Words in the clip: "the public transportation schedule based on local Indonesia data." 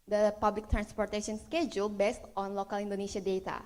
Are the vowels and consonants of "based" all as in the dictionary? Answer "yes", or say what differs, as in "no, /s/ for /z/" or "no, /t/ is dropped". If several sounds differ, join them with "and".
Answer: yes